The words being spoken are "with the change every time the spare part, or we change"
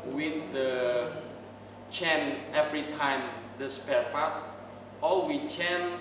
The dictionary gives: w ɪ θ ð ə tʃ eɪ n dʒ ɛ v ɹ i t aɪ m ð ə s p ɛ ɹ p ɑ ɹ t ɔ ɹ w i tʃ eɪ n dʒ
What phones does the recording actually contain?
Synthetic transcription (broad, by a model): w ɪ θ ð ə tʃ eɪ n ɛ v ɹ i t aɪ m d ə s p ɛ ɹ f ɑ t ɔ l w i tʃ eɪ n